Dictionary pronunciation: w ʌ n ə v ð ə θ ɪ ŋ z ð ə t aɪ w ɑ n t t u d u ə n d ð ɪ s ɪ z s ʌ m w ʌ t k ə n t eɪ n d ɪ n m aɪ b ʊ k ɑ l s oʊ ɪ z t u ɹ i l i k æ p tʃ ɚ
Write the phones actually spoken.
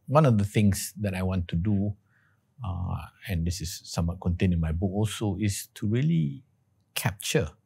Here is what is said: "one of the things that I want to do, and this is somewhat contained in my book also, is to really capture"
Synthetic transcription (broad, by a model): w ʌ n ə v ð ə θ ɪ ŋ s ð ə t aɪ w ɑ n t t u d u ə n d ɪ s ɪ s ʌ m w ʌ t k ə n t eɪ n ɪ n m aɪ b ʊ k ɑ l s oʊ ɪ s t u ɹ i l i k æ p tʃ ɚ